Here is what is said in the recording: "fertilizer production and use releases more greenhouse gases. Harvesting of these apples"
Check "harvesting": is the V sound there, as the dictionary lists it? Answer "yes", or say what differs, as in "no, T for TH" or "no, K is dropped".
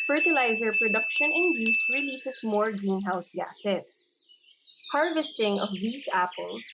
yes